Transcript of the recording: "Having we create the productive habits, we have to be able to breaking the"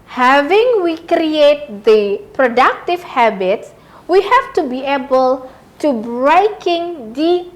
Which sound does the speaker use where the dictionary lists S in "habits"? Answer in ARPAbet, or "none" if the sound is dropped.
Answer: S